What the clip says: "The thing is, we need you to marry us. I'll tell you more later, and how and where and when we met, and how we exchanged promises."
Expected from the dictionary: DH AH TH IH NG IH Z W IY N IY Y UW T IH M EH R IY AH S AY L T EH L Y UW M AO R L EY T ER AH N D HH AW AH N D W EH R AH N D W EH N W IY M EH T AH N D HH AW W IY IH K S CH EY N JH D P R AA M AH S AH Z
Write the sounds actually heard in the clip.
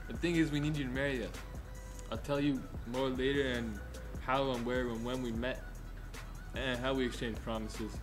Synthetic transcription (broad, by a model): DH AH TH IH NG IH Z W IY N IY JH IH T IH M EH R IY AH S AY L T EH L Y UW M AO R L EY T ER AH N HH AW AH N W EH R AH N W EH N W IY M EH T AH N HH AW W IY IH K S CH EY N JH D P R AA M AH S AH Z